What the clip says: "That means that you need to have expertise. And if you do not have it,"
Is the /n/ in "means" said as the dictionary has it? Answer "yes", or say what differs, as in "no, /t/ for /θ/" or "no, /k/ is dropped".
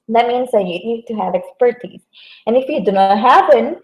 yes